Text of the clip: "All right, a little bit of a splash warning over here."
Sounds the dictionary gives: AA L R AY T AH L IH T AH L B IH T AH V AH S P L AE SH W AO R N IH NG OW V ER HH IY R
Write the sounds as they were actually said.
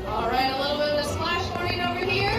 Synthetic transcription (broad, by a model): AA L R AY T AH L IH L B IH T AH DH AH S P L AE SH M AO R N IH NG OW B ER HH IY R